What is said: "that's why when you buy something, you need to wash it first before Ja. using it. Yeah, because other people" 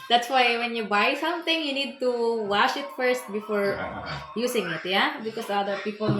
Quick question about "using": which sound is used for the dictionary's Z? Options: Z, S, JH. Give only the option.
S